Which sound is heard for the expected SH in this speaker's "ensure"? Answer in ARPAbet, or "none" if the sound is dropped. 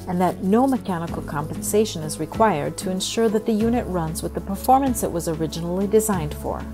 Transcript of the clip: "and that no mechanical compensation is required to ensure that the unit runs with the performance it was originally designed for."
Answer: SH